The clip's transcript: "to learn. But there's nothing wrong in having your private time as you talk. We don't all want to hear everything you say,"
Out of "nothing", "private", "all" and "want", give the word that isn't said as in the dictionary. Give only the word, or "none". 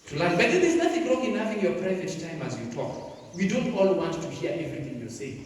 nothing